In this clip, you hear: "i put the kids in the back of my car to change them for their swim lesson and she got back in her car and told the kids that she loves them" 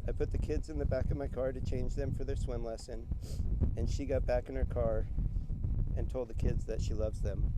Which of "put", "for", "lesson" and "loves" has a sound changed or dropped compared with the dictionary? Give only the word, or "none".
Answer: none